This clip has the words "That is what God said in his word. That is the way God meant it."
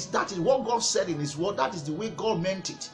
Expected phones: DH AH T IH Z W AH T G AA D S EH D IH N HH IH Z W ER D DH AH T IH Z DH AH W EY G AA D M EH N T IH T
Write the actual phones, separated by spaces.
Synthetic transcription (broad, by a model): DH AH T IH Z W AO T G AA D S EH D IH N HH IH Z W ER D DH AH T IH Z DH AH W EY G AA D M EH N T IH T